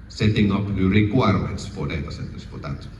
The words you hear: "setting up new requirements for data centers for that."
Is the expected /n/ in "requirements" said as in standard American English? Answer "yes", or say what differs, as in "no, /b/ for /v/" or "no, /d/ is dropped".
no, /n/ is dropped